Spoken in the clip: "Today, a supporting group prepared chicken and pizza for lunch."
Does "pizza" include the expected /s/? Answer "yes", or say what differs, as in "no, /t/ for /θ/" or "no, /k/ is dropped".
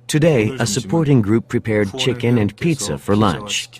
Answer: yes